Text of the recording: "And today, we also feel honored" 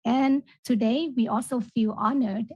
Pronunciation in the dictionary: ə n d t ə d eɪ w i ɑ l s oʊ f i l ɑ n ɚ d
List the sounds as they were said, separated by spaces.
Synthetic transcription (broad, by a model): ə n t ə d eɪ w i ɑ l s oʊ f i l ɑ n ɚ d